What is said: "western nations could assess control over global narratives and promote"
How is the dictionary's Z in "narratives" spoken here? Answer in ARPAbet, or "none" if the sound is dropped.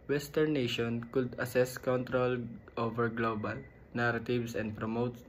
S